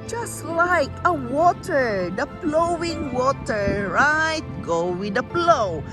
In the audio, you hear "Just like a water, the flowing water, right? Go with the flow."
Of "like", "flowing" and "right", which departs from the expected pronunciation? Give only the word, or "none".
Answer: flowing